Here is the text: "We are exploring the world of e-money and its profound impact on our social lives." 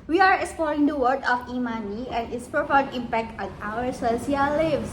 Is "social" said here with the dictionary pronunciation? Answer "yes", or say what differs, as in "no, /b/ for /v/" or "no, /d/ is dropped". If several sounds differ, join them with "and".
no, /s/ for /ʃ/